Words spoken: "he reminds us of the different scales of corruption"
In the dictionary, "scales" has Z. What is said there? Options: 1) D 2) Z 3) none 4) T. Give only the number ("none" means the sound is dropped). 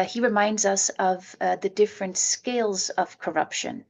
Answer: 2